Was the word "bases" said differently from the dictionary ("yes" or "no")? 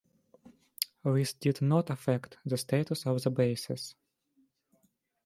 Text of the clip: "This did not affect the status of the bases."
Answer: yes